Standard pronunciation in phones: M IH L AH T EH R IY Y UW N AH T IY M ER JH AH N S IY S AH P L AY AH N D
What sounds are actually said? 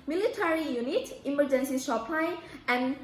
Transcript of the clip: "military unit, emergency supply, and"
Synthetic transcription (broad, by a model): M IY L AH T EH R IY Y UW N AH T IY M ER JH AH N S IY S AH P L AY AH N